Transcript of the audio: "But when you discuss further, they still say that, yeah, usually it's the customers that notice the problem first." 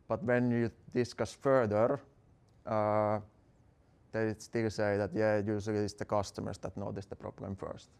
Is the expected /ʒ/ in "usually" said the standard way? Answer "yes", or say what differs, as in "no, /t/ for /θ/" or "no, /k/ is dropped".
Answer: no, /s/ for /ʒ/